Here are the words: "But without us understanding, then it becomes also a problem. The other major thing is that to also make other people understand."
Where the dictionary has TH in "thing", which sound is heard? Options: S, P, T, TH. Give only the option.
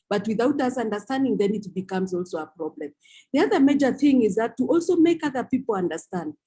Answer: TH